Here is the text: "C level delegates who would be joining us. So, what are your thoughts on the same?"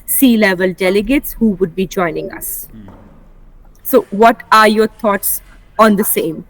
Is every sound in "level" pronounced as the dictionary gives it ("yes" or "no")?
yes